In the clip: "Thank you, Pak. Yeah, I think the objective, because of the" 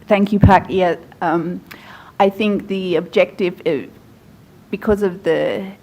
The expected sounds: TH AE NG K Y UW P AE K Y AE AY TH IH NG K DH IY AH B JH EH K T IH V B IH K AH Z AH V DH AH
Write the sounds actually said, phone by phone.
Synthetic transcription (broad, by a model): TH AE NG K Y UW P AE K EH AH AY TH IH NG K DH IY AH B JH EH K T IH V B IH K AH Z AH V DH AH